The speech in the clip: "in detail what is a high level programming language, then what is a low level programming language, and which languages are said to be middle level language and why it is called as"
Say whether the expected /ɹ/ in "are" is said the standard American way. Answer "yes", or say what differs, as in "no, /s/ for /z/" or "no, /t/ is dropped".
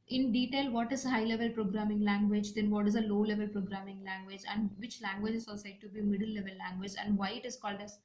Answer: no, /l/ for /ɹ/